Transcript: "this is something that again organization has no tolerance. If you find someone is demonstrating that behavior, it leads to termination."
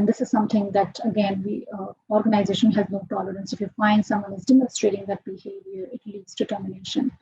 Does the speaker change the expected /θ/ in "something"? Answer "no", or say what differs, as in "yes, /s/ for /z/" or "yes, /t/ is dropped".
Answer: yes, /t/ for /θ/